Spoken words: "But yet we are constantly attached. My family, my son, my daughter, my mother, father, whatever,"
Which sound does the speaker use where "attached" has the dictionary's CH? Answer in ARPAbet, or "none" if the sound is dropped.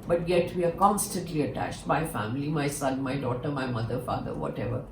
CH